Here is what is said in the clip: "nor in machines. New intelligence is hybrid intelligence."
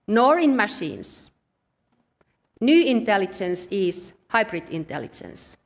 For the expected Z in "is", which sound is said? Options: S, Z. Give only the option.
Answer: S